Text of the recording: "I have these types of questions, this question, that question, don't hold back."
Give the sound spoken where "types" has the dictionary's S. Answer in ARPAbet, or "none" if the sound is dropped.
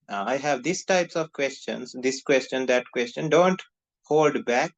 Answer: S